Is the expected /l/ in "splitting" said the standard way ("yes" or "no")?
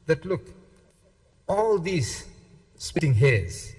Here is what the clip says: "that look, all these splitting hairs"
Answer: no